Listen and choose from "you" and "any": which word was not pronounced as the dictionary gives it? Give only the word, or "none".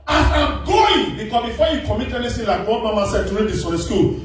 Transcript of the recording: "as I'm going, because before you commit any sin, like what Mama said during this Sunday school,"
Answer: any